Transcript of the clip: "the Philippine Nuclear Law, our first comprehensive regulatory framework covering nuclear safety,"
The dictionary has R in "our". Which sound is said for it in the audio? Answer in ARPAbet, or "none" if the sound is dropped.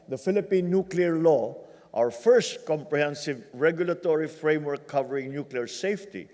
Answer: W